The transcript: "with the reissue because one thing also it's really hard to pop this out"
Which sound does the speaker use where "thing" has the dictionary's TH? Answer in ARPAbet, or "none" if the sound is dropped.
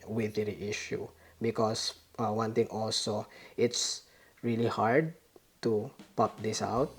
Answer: T